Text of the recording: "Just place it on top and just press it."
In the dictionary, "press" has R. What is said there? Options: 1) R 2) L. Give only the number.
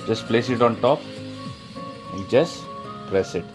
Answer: 1